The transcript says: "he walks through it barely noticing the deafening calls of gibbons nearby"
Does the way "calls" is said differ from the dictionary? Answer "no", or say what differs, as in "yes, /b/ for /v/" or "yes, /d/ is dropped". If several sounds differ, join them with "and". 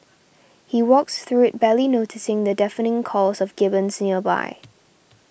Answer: yes, /l/ is dropped